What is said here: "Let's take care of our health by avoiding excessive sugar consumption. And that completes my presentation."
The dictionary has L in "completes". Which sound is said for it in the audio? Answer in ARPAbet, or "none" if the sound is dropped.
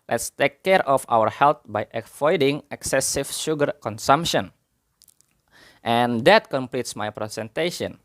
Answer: L